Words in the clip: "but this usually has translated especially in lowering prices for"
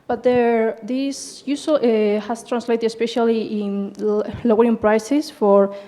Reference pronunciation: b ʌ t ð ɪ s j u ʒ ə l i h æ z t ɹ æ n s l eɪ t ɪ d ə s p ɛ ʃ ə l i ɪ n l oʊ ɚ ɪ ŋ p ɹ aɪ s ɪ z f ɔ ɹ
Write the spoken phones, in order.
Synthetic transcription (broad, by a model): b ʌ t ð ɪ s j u s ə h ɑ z t ɹ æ n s l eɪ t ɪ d ə s p ɛ ʃ ə l i ɪ n l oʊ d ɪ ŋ p ɹ aɪ s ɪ s f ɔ ɹ